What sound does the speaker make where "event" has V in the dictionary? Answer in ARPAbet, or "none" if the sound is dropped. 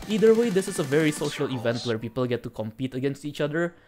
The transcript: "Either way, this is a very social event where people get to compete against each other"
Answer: V